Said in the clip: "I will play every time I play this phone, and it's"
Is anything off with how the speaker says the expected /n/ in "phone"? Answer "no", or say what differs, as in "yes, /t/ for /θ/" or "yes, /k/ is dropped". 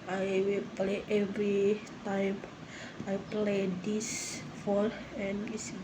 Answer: yes, /l/ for /n/